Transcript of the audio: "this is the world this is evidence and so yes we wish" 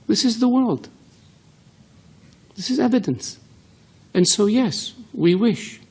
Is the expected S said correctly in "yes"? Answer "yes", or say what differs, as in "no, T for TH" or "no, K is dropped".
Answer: yes